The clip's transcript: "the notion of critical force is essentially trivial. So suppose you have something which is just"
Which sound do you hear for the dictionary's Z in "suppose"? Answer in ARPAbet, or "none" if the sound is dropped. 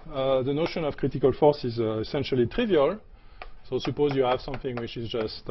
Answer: Z